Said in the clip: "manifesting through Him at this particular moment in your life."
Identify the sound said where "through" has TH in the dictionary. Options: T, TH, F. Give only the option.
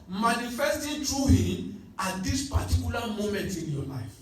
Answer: T